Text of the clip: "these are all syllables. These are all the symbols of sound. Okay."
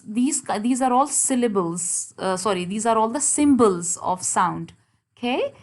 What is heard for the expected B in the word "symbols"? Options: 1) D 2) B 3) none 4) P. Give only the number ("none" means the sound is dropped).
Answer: 2